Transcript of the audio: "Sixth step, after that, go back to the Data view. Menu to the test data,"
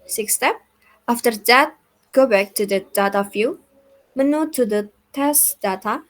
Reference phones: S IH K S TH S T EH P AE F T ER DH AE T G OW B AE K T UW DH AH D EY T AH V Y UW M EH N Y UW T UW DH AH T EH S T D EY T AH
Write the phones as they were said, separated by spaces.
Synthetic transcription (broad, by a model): S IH K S S T EH P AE F T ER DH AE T G OW B AE K T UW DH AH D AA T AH F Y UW M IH N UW T UW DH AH T EH S T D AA T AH